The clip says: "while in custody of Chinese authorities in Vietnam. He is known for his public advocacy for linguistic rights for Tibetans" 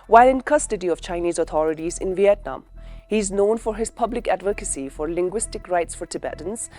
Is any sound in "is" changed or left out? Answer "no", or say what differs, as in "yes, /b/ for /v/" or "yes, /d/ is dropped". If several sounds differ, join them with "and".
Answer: no